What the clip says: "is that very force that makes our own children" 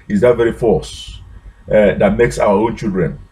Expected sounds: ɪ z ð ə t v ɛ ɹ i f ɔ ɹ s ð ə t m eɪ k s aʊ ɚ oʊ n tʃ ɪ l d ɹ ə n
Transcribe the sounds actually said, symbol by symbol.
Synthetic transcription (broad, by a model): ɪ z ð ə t v ɛ ɹ i f ɔ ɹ s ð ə t m eɪ k s aʊ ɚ oʊ n tʃ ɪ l d ɹ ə n